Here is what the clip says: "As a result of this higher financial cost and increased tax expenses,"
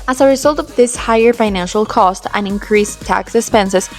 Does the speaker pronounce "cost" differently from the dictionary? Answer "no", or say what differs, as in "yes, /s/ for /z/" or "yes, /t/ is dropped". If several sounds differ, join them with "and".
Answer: no